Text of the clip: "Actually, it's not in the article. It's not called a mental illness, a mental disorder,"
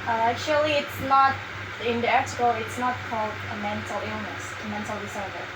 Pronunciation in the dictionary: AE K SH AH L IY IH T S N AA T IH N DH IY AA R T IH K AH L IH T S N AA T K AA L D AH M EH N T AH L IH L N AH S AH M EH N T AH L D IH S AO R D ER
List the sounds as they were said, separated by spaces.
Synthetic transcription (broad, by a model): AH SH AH L IY IH T S N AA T IH N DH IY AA R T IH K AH L IH T S N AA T K AA L D AH M EH N T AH L IH L N AH S AH M EH N T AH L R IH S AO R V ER